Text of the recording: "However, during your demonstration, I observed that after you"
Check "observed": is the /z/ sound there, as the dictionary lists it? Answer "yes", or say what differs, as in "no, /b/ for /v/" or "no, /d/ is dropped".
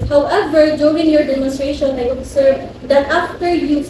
no, /s/ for /z/